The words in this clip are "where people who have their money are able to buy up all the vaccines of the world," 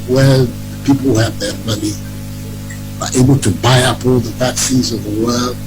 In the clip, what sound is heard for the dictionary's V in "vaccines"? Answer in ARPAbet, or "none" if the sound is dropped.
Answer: P